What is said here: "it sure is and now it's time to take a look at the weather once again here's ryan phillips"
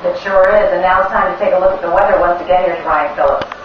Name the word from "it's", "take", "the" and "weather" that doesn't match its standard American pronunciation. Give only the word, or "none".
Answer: none